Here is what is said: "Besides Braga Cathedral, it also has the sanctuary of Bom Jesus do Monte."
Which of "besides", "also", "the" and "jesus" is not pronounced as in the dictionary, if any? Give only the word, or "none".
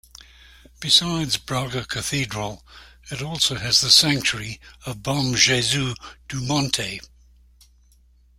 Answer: jesus